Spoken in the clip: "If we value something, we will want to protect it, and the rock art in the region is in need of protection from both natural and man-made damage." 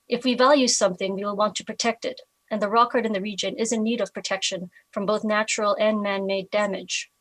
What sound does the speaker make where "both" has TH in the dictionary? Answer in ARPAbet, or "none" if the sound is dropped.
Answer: TH